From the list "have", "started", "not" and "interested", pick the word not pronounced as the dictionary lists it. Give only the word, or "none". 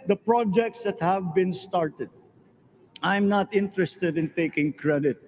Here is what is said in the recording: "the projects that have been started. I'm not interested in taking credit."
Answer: none